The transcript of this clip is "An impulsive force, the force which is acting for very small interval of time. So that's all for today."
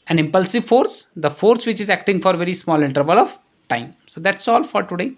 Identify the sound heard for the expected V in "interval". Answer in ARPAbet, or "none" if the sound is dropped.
V